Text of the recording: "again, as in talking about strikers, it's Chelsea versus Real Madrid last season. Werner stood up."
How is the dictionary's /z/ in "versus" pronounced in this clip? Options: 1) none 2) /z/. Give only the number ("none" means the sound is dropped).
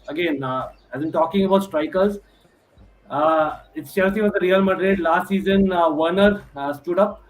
1